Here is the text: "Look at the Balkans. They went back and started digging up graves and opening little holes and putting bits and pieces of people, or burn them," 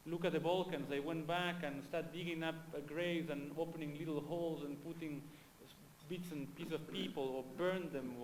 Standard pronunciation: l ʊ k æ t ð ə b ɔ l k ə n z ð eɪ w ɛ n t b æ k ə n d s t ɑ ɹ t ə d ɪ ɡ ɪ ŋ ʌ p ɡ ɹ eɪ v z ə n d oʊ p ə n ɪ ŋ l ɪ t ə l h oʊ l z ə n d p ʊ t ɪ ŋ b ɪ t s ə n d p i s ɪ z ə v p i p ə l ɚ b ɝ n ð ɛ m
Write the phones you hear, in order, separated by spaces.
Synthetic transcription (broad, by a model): l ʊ k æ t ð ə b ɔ l k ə n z ð eɪ w ɛ n t b æ k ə n s t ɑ ɹ t d ɪ ɡ ɪ ŋ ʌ p ɡ ɹ eɪ z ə n oʊ p ə n ɪ ŋ l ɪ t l h oʊ l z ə n p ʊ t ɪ ŋ b ɪ t s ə n p i s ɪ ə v p i p ə l ɚ b ɝ n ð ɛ m